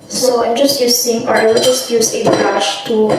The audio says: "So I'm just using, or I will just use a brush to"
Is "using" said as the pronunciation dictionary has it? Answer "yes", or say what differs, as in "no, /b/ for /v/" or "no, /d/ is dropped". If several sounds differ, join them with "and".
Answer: no, /s/ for /z/